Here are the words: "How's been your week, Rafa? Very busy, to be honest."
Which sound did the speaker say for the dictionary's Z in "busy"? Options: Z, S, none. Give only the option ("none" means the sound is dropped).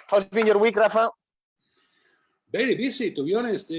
S